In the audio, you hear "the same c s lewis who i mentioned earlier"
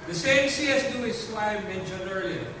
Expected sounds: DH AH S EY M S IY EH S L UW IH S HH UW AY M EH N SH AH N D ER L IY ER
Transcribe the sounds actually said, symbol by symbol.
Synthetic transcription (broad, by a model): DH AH S EY M S IY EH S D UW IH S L AY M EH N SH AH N ER L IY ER